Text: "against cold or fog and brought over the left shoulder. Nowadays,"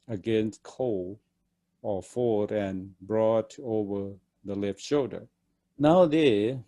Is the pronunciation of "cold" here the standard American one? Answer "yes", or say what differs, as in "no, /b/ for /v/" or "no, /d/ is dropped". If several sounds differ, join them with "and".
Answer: no, /d/ is dropped